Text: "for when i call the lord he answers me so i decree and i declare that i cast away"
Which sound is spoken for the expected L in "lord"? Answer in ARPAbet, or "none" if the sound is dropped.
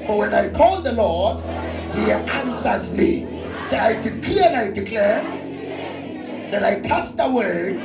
L